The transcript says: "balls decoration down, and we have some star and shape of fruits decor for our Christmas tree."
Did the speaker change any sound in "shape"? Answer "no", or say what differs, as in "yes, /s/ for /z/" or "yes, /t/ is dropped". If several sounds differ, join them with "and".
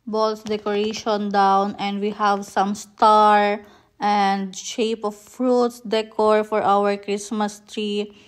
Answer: no